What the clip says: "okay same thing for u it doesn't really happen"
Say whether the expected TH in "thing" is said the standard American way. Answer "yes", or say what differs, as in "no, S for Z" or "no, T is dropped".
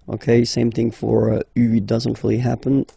yes